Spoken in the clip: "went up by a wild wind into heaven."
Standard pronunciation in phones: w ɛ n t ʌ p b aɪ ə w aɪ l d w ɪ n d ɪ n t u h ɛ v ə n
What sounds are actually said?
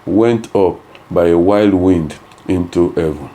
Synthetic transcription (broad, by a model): w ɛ n t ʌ p b aɪ ə w aɪ l d w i n d ɪ n t u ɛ v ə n